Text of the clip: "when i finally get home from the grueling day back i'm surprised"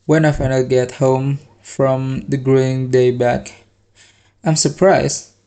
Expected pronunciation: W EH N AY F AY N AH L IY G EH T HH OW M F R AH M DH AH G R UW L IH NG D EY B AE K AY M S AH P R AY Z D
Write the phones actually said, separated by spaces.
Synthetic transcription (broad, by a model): W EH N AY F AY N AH IY G EH T HH OW M F R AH M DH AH G R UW IH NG D EY B AE K AY M S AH P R AY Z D